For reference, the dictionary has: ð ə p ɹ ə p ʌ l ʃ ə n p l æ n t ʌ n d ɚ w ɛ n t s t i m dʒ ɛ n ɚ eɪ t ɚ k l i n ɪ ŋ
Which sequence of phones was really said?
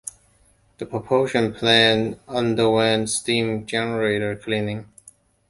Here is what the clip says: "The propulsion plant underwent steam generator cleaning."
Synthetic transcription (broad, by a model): ð ə p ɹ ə p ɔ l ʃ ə n p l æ n ʌ n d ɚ w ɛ n s t i m dʒ ɛ n ɚ eɪ t ɚ k l i n ɪ ŋ